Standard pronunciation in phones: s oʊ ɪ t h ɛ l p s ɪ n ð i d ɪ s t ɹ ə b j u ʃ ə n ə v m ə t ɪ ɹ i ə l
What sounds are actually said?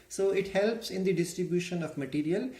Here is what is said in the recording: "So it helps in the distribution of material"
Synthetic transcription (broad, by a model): s oʊ ɪ t h ɛ l p s ɪ n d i d ɪ s t ɹ ə b j u ʃ ə n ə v m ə t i ɹ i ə l